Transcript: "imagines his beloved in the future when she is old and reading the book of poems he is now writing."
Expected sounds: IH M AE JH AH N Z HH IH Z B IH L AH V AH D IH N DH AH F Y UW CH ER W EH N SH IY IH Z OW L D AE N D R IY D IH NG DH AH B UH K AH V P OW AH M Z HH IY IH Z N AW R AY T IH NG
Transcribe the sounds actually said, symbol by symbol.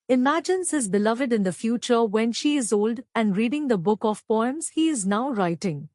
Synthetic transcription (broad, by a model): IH M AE JH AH N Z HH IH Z B IH L AH V AH D IH N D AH F Y UW CH ER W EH N SH IY IH Z OW L D AE N D R IY D IH NG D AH B UH K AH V P OW AH M Z HH IY IH Z N AW R AY T IH NG